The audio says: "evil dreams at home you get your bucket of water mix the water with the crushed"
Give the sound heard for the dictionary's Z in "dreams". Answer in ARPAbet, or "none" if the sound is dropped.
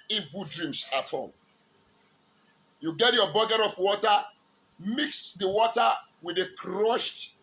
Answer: S